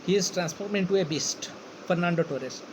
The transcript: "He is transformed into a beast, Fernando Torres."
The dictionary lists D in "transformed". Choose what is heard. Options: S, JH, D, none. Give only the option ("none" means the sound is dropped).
none